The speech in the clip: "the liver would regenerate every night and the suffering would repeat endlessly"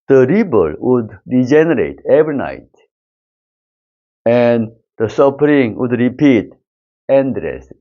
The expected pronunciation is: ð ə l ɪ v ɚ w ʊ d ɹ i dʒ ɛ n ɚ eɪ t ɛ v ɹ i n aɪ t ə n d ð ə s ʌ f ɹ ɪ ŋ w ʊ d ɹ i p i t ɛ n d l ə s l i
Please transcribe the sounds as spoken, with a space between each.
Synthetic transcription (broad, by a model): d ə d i b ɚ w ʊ d ɹ i dʒ ɛ n ɚ eɪ t ɛ v ɹ i n aɪ t ə n d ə s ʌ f ɹ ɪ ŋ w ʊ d ɹ i p i t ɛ n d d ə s